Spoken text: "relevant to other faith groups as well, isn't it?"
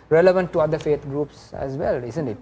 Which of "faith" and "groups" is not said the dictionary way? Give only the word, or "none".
faith